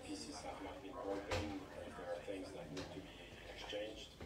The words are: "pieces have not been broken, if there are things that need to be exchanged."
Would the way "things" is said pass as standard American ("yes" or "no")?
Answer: yes